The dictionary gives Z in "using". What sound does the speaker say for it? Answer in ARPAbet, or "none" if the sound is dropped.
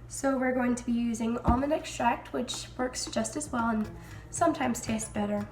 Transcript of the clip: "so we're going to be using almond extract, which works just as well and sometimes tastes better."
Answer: Z